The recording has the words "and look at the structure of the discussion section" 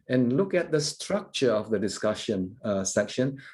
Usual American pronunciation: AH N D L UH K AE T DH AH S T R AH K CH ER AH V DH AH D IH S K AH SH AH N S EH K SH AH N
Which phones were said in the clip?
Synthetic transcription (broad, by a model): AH N L UH K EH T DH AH S T R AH K CH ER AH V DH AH D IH S K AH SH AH N S EH K SH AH N